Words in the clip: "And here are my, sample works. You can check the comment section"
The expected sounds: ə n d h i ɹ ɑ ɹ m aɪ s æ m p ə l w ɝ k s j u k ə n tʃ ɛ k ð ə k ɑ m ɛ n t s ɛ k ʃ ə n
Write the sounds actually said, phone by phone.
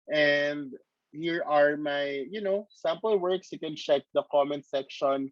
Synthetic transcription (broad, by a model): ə n d h i ɹ ɑ ɹ m aɪ s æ m p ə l w ɝ k s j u k ə n tʃ ɛ k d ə k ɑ m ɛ n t s ɛ k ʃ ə n